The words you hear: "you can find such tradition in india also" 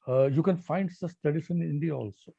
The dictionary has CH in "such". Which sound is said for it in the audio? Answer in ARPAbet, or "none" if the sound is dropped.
S